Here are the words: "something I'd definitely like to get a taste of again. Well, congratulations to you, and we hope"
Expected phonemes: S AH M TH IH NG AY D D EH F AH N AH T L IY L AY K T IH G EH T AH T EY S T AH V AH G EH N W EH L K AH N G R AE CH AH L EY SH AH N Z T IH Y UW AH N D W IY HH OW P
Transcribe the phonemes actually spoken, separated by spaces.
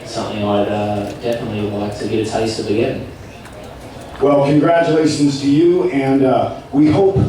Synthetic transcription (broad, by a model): S AH M TH IH NG AY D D EH F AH N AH T L IY L AY K T IH G EH T AH T EY S T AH B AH G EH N W EH L K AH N G R AE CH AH L EY SH N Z T IH Y UW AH N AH W IY HH OW P